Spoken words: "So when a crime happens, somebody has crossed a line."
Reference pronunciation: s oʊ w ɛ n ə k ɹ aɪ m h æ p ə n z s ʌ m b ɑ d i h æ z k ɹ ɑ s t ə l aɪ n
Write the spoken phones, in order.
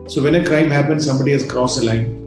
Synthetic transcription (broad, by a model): s oʊ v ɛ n ə k ɹ aɪ m h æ p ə n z s ʌ m b ɑ d i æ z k ɹ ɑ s ə l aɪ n